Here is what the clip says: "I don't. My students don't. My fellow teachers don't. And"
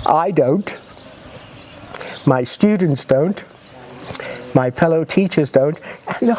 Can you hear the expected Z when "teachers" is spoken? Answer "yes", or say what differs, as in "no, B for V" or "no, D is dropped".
yes